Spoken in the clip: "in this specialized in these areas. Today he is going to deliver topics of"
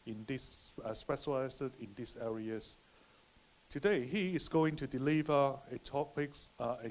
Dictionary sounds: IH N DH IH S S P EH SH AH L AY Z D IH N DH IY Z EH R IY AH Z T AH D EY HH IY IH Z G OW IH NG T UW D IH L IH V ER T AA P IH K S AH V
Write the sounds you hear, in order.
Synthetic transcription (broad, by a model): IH N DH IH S S P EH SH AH L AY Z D IH N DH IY S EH R IY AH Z T AH D EY HH IY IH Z G OW IH NG T UW D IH L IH V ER T AA P IH K S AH